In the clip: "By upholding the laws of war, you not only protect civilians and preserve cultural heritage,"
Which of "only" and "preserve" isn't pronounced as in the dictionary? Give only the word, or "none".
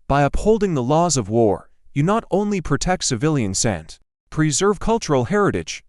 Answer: none